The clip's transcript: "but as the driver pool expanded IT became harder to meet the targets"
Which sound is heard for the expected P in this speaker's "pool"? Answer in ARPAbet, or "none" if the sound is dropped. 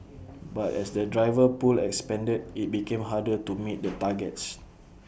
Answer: P